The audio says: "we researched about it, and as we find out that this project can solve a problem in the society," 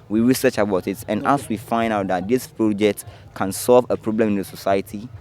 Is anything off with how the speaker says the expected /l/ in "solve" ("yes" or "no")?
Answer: no